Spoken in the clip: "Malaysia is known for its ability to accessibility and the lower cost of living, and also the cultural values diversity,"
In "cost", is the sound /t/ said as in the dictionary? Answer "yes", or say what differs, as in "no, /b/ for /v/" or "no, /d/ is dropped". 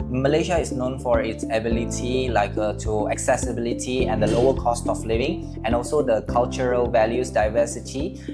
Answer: yes